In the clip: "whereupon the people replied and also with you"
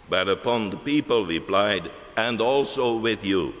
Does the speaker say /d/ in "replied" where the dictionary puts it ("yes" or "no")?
yes